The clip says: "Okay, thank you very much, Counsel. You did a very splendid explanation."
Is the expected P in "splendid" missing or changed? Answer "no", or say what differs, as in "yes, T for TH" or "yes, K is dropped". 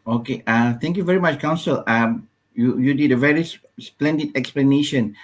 no